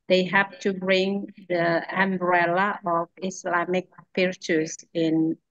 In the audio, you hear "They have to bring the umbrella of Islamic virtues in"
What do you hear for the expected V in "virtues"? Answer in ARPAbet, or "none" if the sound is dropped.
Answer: P